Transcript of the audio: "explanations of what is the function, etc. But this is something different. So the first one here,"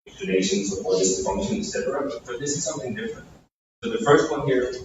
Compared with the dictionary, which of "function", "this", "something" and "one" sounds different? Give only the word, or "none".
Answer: none